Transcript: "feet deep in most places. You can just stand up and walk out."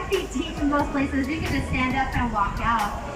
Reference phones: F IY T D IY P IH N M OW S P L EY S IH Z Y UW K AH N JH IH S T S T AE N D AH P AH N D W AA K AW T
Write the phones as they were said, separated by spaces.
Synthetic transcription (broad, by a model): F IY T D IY F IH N M OW S P L EY S IH Z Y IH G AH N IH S S T AE N D AH P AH N W AA K AW T